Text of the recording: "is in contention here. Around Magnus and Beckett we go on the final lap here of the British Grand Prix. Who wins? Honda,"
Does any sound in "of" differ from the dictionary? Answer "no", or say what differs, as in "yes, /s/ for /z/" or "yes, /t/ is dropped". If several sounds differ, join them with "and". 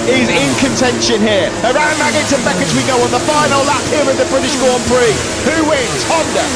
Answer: yes, /w/ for /v/